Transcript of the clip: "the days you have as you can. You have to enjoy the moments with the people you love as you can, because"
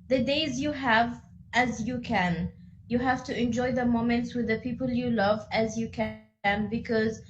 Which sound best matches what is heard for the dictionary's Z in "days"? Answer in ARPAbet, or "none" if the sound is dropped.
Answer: Z